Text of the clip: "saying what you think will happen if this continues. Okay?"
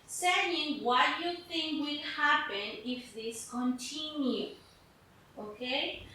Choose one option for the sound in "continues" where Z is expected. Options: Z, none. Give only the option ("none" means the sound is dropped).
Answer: none